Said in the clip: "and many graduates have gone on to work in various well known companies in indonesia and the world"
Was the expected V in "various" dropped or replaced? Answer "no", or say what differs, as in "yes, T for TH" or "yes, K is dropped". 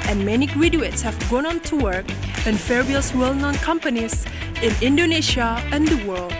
yes, F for V